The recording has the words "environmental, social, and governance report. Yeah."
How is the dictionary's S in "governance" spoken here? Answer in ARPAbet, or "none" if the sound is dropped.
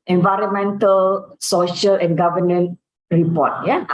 none